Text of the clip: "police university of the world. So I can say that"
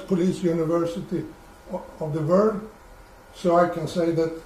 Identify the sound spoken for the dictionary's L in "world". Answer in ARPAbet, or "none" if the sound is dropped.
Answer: none